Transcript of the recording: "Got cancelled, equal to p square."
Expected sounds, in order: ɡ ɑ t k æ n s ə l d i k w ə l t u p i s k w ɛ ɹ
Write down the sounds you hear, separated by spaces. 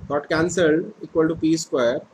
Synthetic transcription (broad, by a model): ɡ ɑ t k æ n s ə l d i k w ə l t u p i s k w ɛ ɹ